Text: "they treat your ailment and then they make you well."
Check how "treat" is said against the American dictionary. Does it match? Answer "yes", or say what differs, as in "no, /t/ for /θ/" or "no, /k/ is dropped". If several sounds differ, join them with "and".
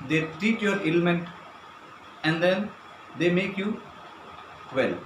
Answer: no, /ɹ/ is dropped